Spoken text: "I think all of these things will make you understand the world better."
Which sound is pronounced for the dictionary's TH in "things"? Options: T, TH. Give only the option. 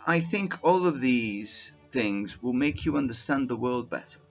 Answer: TH